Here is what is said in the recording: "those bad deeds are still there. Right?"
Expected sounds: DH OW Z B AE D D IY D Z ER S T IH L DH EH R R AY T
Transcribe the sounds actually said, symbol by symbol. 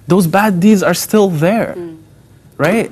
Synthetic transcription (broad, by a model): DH OW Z B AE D D IY D Z ER S T IH L DH EH R R AY T